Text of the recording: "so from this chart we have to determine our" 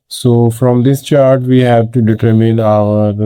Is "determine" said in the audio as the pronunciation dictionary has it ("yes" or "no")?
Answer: yes